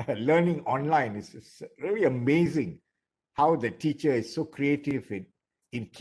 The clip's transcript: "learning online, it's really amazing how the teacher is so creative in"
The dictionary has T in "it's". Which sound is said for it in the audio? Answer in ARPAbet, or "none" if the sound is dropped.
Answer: S